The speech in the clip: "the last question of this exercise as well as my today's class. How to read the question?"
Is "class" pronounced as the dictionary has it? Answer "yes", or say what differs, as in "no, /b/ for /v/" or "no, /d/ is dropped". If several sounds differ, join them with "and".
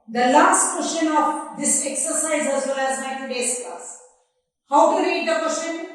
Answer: no, /l/ is dropped